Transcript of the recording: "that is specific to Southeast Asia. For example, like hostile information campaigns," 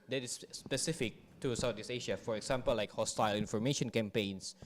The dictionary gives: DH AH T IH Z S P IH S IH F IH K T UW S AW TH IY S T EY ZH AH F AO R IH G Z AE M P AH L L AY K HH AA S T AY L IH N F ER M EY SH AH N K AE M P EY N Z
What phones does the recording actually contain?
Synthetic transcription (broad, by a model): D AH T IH S P IH S IH F IH K T UW S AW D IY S EY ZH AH F AO R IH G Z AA M P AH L L AY K HH AA S T AY L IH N F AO M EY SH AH N K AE M P EY N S